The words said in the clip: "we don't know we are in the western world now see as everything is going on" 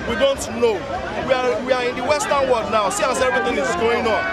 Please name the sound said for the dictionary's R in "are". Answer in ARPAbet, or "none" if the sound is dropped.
W